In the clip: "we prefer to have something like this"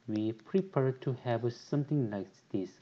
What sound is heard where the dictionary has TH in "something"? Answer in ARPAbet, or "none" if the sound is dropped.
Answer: T